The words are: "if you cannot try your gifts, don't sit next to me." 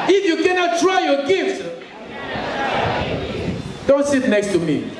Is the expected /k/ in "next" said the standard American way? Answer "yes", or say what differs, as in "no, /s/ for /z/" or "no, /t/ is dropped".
yes